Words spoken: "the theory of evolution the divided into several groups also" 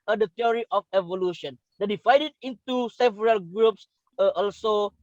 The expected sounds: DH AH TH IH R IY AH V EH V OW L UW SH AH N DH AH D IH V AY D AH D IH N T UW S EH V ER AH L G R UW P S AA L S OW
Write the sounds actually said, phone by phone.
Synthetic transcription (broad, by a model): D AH T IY R IY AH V EH V OW L UW SH AH N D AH D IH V AY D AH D IH N T UW S EH V ER AH L G R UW P S AA L S OW